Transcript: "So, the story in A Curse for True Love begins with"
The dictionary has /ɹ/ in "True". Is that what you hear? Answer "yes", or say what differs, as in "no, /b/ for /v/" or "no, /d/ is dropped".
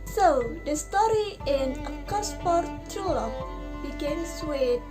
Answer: no, /ɹ/ is dropped